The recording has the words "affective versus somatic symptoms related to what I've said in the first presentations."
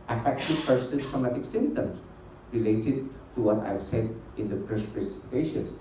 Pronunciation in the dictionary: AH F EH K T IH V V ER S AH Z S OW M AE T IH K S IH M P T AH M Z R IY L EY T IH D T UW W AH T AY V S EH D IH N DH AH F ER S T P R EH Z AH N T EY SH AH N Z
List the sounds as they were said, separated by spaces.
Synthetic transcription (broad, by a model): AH F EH K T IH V P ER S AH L S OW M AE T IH K S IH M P T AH M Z R IY L EY T IH D T UW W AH T AY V S EH D IH N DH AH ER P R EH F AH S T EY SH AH N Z